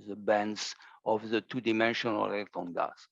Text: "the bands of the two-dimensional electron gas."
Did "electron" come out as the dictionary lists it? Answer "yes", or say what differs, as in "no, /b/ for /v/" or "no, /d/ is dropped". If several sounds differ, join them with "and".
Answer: no, /ɹ/ is dropped